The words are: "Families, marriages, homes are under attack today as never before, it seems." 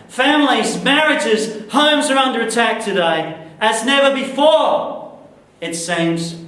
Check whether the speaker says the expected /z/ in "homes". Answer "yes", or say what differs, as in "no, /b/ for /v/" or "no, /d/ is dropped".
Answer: yes